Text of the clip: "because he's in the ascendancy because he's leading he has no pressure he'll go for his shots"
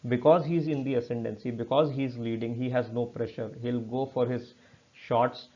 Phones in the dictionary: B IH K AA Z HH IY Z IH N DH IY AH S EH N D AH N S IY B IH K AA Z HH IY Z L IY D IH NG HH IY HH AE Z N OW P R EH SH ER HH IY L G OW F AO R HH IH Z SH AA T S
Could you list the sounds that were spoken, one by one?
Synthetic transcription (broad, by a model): B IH K AA Z HH IY Z IH N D IY AH S EH N D AH N S IY B IH K AA Z HH IY Z L IY D IH NG HH IY HH AE Z N OW P R EH SH ER HH IY L G OW F AO R HH IH Z SH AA T S